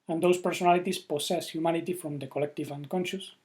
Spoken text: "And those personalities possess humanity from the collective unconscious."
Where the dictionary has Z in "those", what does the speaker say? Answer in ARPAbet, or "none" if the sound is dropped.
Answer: S